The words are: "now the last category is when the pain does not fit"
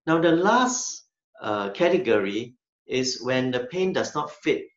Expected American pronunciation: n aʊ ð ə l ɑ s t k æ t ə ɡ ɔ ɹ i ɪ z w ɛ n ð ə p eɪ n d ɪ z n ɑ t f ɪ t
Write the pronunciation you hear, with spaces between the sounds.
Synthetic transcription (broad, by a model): n aʊ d ə l ɑ s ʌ k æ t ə ɡ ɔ ɹ i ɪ s w ɛ n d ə p eɪ n d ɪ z n ɑ t f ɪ t